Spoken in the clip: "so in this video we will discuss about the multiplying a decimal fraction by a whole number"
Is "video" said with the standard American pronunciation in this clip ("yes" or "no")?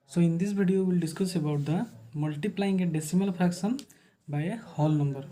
no